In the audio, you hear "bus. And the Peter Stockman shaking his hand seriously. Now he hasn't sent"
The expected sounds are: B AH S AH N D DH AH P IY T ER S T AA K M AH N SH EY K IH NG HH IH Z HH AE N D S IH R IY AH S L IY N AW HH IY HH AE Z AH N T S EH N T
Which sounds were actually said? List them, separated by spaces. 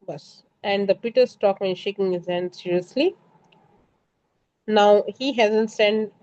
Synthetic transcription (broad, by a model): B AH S AH N D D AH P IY T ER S T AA K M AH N SH EY K IH NG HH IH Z HH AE N D S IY R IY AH S L IY N AW HH IY HH AE Z AH N T S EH N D